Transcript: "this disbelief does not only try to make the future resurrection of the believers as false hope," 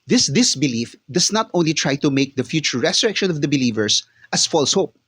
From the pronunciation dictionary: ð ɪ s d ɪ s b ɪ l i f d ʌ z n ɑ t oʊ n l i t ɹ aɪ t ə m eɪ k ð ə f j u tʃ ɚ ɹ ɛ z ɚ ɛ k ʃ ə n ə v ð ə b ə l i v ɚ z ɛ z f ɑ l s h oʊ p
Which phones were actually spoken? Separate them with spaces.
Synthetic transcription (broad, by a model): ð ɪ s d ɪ s b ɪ l i f d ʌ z n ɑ t oʊ n l i t ɹ aɪ t ə m eɪ k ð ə f j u tʃ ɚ ɹ ɛ s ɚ ɛ k ʃ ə n ə v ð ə b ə l i v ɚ s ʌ s f ɑ l s h oʊ p